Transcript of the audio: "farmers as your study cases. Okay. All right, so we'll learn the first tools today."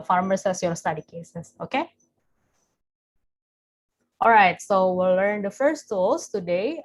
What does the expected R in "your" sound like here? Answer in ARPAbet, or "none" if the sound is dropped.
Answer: L